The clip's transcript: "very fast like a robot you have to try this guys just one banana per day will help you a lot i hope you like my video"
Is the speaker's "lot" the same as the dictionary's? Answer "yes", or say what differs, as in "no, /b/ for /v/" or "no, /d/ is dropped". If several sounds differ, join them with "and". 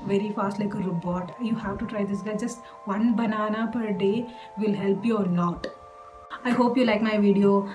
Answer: no, /n/ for /l/